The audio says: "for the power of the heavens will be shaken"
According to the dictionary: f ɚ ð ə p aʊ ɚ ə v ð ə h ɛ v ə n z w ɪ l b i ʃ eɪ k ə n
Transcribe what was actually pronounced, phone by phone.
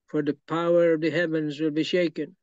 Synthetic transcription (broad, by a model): f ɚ ð ə p aʊ ɚ ə v ð ə h ɛ v ə n z w ɪ l b i ʃ eɪ k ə n